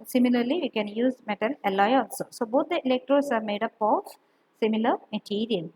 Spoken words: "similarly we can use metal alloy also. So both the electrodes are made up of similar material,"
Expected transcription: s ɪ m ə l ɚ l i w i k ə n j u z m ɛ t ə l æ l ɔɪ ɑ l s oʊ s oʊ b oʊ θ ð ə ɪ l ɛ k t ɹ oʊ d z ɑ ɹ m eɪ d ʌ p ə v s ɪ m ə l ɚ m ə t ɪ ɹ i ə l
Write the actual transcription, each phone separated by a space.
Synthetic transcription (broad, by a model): s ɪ m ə l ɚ l i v i k ə n j u z m ɛ t ə l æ l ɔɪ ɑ n s s oʊ b oʊ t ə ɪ l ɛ k t ɹ oʊ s ɑ ɹ m eɪ d ʌ p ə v s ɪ m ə l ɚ m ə t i ɹ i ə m